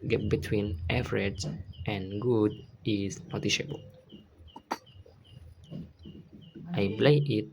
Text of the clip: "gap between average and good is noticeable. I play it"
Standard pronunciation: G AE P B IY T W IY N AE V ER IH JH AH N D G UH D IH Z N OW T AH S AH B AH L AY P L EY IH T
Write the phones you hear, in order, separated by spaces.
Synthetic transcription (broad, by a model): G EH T B IY T W IY N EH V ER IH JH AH N G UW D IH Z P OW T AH SH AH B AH L AY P L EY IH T